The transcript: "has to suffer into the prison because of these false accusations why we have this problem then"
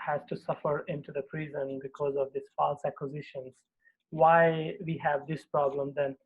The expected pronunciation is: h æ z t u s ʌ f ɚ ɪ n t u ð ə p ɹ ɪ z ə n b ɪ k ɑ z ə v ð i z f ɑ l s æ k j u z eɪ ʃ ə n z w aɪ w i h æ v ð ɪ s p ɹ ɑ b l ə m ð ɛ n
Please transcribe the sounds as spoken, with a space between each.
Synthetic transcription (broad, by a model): h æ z t u s ʌ f ɚ ɪ n t u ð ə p ɹ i z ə n b ɪ k ɑ z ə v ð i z f ɑ l s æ k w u z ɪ ʃ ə n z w aɪ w i h æ v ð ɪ s p ɹ ɑ b l ə m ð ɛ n